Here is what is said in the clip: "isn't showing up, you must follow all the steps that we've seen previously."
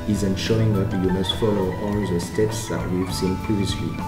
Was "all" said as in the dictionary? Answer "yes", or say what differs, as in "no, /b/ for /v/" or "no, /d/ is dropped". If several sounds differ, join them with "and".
no, /n/ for /l/